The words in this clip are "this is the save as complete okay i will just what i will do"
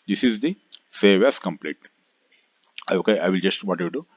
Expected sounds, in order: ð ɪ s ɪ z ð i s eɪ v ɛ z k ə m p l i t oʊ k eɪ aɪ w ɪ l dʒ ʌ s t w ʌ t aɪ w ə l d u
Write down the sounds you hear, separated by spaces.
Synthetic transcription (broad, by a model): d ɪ s ɪ z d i s eɪ v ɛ s k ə m p l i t oʊ k eɪ aɪ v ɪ l dʒ ʌ s t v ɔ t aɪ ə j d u